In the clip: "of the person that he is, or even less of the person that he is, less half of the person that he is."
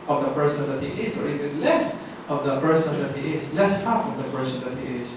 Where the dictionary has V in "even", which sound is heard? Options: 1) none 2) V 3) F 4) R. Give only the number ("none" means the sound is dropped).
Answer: 1